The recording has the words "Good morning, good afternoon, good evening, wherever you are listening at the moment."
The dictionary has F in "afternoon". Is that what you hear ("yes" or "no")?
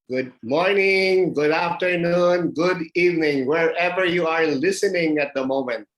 yes